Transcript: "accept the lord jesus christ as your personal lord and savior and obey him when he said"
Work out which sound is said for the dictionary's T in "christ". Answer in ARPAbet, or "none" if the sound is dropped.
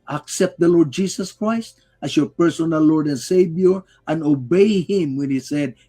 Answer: T